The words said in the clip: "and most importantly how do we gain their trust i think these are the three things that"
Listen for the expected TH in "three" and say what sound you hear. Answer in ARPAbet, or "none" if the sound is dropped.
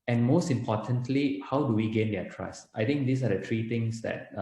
T